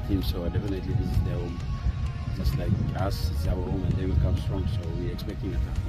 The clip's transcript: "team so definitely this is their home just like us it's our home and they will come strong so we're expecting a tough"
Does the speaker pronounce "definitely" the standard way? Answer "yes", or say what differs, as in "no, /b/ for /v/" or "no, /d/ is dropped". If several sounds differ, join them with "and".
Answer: yes